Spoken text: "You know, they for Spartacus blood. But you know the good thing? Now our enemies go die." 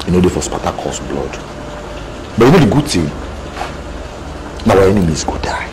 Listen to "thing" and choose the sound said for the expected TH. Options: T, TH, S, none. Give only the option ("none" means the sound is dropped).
T